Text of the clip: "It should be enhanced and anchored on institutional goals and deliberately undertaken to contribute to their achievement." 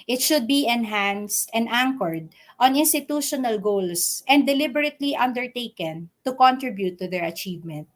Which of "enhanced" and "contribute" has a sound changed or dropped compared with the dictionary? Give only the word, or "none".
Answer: none